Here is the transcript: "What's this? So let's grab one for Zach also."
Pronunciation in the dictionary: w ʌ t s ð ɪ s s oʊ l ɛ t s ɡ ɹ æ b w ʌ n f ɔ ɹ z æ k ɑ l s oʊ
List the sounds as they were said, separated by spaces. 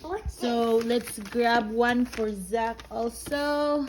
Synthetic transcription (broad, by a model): s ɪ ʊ l ɛ t s ɡ ɹ æ b w ʌ n f ɔ ɹ z æ k ɑ l s oʊ